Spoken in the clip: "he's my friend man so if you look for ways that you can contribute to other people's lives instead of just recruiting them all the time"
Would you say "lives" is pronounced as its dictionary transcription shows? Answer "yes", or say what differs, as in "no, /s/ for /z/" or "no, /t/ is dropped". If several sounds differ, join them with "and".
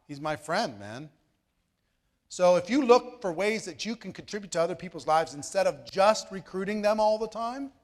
yes